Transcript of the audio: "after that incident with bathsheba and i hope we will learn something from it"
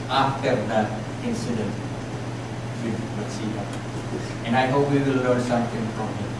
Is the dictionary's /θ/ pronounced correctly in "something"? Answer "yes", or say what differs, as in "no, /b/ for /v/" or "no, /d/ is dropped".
no, /t/ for /θ/